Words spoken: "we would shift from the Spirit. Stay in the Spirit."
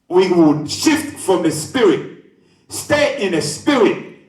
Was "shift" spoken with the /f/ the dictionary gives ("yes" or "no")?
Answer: yes